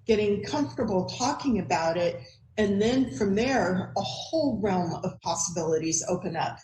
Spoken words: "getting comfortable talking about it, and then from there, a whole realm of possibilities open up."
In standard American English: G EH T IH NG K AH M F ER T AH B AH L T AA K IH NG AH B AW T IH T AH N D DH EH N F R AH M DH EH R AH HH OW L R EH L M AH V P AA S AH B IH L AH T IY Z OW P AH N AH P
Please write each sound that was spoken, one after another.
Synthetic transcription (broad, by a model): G EH T IH NG K AH M F T AH B L T AA K IH NG AH B AW T IH T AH N DH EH N F R AH M DH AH R AH HH OW L R EH L M AH V P AA S AH B IH L AH T IY Z OW P AH N AH P